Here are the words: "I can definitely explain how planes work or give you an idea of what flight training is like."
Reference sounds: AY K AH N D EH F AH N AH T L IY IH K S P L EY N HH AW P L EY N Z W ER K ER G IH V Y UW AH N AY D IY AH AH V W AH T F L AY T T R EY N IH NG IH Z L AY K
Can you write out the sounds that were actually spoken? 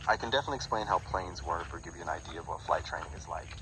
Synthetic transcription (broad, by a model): AY K AH N D EH F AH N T L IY IH K S P L EY N HH AW P L EY N Z W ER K ER G IH V Y UW AH N AY D IY AH AH V W AH T F L AY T T R EY N IH NG IH Z L AY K